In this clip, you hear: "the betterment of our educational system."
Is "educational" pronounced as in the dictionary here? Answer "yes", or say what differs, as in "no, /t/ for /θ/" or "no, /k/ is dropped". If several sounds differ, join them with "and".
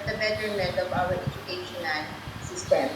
no, /n/ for /l/